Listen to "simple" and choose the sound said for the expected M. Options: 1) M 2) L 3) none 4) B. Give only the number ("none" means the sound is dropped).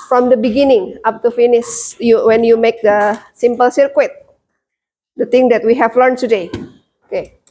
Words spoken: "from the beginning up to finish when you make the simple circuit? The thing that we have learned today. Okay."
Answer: 1